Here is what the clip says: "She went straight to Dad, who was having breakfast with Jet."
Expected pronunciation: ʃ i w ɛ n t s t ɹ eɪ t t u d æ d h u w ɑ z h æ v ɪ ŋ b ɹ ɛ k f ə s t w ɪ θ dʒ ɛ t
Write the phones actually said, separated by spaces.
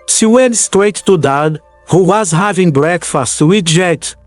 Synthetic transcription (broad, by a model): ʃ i w ɛ n t s t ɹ eɪ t t u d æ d h u w ɑ z h æ v ɪ ŋ b ɹ ɛ k f ə s t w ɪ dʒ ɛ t